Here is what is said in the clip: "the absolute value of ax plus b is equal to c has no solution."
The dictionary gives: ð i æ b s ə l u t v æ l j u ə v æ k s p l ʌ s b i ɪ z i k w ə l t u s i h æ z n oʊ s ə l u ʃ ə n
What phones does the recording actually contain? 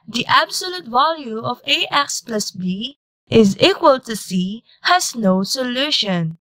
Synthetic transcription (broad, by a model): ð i æ b s ə l u t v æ l j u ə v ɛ k s p l ʌ s b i ɪ z i k w ə l t u s i h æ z n oʊ s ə l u ʃ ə n